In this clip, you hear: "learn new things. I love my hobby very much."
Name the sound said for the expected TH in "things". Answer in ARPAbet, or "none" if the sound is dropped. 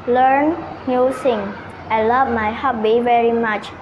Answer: S